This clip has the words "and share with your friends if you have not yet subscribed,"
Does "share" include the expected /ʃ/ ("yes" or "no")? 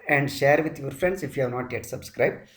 yes